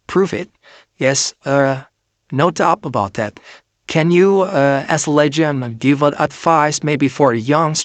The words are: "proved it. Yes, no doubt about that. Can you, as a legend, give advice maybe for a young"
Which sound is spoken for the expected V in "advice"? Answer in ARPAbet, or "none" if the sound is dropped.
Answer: F